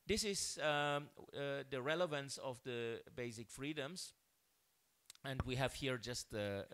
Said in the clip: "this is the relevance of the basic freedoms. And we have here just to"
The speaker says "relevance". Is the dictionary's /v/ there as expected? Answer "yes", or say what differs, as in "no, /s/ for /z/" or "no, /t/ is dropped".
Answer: yes